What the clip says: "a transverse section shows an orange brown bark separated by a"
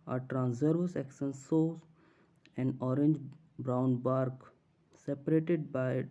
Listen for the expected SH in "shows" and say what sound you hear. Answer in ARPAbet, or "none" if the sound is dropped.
S